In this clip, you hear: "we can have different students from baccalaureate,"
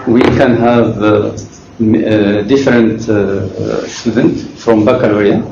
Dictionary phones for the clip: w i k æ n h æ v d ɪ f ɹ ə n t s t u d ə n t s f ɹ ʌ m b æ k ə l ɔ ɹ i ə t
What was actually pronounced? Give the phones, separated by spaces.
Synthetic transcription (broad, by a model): w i k æ n h æ v d ɪ f ɹ ə n t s t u d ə n t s f ɹ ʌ m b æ k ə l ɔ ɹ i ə